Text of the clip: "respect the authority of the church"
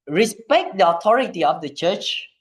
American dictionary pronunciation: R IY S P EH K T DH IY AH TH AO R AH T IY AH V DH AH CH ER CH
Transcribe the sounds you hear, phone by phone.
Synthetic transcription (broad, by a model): R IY S P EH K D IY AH T AO R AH T IY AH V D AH CH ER CH